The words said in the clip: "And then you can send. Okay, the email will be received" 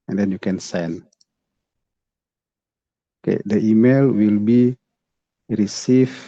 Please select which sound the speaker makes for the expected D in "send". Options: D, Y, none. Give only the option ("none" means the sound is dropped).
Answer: none